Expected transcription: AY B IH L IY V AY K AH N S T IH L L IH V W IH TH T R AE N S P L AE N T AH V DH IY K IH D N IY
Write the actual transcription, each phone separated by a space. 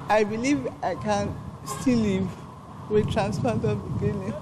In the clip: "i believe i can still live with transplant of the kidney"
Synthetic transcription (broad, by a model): AY B IH L IY V AY K AH N S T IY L L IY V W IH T R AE N S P AA T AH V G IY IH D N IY